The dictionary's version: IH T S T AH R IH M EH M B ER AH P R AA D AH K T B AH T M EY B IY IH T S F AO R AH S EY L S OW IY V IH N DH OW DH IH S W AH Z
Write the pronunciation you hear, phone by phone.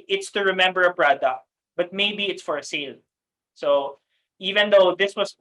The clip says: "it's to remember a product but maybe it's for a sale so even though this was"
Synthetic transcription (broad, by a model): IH T S T AH R IH M EH M B ER AH B R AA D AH B AH T M EY B IY IH T S F AO R AH S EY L S OW IY V IH N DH OW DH IH S W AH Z